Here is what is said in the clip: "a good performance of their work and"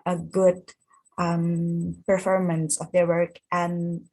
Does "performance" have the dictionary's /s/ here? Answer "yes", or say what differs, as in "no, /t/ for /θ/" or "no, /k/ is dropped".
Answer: yes